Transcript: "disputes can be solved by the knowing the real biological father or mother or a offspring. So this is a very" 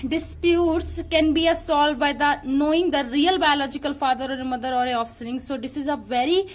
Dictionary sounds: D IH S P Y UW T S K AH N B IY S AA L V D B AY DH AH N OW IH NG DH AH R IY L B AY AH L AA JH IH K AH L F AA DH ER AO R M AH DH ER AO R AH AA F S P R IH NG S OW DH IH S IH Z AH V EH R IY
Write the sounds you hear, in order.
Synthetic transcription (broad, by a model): D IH S P Y UW T S K AH N B IY S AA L D B AY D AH N OW IH NG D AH R IY L B AY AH L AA JH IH K AH L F AA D ER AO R M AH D ER AO R AH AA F S R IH NG S OW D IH S IH Z AH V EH R IY